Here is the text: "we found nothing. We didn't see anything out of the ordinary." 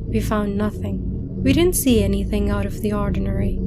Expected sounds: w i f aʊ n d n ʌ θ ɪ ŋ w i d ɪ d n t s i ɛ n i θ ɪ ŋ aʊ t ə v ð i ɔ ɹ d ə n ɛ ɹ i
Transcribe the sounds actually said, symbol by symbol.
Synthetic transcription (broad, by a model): w i f aʊ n n ʌ θ ɪ ŋ w i d ɪ d n t s i ɛ n i θ ɪ ŋ aʊ t ə v ð i ɔ ɹ d n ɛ ɹ i